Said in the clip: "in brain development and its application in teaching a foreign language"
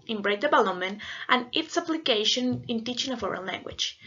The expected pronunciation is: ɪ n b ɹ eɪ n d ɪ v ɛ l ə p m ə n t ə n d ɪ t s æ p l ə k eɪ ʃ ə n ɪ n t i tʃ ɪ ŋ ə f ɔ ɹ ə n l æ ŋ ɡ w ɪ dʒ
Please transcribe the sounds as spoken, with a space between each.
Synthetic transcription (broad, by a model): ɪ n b ɹ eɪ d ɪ b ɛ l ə m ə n t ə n ɪ t s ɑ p l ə k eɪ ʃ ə n ɪ n t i tʃ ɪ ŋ ə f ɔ ɹ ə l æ ŋ ɡ w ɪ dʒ